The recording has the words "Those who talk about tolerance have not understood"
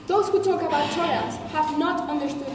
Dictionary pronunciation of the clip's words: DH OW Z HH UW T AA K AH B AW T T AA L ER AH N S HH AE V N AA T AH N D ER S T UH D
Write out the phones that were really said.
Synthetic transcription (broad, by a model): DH OW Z HH UW T AA K AH B AW T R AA IH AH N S HH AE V N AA T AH N D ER S T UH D